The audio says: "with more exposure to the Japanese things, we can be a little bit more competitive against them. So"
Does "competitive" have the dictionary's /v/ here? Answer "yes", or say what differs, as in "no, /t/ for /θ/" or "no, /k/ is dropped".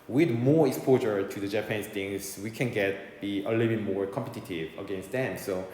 yes